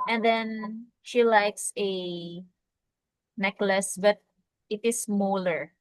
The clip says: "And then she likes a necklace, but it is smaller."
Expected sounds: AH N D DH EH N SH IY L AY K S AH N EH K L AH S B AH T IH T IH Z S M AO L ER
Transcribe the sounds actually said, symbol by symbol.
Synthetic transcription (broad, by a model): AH N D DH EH N SH IY L AY K S AH N EH K L AH S B AH T IH T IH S M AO L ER